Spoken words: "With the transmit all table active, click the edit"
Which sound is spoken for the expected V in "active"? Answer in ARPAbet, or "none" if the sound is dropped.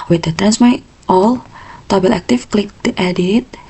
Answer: F